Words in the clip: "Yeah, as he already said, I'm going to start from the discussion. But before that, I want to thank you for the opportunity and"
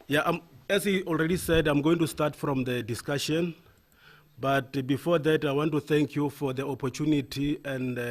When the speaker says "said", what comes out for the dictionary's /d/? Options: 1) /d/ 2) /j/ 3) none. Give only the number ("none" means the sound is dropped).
1